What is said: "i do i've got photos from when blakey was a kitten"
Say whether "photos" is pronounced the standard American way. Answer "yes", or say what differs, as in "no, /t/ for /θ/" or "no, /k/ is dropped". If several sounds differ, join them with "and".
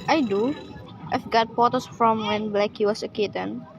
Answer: no, /p/ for /f/ and /s/ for /z/